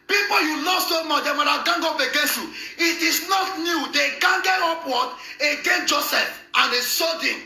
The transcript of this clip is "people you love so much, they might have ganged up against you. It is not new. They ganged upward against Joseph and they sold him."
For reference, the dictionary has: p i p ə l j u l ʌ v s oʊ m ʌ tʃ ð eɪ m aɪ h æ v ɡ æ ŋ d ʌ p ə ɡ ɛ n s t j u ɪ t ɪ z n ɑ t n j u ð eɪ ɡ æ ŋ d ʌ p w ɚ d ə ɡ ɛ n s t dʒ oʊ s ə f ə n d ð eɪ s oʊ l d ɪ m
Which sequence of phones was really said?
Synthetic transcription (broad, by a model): p i p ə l j u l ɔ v s oʊ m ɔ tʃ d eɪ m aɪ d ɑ ɡ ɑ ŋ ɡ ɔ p ə ɡ ɛ n s t j u ɪ t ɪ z n ɑ t n j u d eɪ ɡ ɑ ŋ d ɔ p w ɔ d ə ɡ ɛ n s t dʒ oʊ s ə f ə n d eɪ s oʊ d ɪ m